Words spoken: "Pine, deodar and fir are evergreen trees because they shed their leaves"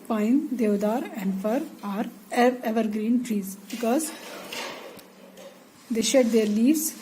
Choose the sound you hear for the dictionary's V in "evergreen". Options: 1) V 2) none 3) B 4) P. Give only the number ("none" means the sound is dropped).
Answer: 1